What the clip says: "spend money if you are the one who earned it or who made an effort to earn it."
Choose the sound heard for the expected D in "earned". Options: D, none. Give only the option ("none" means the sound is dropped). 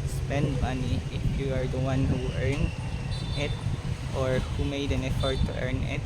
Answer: none